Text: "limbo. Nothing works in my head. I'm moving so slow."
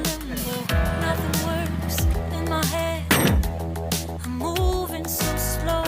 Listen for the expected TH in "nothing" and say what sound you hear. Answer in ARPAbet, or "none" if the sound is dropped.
TH